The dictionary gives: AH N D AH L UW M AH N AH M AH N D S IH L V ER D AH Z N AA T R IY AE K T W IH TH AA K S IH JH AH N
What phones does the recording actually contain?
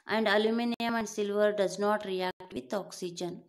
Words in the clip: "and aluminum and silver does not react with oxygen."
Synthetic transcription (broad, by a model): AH N D AH L UW M AH N AH M AH N D S IH L V ER D AH Z N AA T R IY AE K T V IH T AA K S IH JH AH N